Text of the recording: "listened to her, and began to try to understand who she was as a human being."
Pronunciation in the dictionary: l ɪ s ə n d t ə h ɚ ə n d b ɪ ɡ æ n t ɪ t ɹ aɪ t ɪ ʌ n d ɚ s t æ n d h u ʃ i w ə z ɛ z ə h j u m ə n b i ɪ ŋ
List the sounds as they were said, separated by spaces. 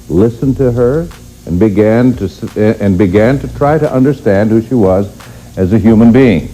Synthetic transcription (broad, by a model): l ɪ s ə n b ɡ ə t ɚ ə n b ɪ ɡ æ n t ɪ t ɹ aɪ t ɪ ʌ n d ɚ s t æ n d h u ʃ i w ə z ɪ z ə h j u m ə n b i ɪ ŋ